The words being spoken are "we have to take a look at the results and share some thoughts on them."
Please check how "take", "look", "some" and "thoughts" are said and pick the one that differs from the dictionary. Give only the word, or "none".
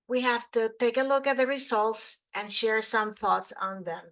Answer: none